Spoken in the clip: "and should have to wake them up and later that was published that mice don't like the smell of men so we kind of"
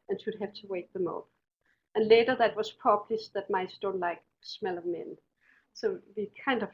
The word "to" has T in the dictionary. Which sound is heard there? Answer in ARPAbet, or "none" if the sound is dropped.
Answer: T